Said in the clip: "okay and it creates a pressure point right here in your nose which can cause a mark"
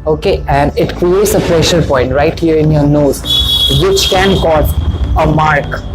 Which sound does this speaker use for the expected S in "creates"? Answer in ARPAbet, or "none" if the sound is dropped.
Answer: S